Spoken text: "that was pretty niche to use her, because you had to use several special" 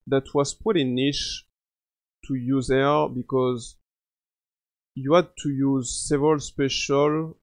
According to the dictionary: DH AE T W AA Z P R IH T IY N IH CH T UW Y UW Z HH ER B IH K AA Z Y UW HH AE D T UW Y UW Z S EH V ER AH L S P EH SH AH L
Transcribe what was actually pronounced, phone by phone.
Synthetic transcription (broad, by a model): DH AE T W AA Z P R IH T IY N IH SH T UW Y UW Z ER B IH K AA Z Y UW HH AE D T UW Y UW Z S EH V ER AH L S P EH SH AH L